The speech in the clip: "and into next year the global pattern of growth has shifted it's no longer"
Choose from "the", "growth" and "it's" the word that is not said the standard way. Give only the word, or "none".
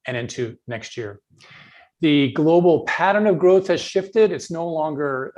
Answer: none